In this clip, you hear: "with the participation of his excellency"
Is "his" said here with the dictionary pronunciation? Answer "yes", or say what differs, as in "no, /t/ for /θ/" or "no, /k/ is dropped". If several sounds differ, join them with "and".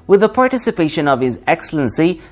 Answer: yes